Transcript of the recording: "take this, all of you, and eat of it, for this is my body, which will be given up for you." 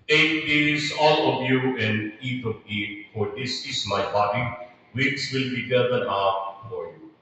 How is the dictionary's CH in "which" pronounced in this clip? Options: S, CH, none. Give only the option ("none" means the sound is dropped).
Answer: S